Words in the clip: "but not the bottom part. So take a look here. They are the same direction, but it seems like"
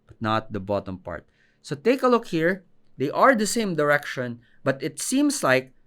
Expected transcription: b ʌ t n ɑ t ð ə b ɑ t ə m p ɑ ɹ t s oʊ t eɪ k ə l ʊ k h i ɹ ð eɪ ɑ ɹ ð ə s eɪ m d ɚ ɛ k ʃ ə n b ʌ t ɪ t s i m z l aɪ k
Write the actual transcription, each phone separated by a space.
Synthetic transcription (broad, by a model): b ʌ t n ɑ t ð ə b ɑ t ə m p ɑ ɹ t s oʊ t eɪ k ə l ʊ k h i ɹ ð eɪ ɑ ɹ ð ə s eɪ m d ɚ ɛ k ʃ ə n b ʌ t ɪ t s i m s l aɪ k